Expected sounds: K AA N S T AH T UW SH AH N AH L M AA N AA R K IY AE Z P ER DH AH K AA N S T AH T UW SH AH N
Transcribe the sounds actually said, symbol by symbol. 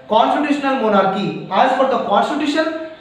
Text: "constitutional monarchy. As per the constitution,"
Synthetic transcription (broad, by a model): K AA N S T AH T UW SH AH N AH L M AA N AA R K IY AE Z F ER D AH K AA N S T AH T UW SH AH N